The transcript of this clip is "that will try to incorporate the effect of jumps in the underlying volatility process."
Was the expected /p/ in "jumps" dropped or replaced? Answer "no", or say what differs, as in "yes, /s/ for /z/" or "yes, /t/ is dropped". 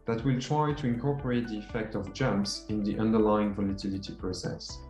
no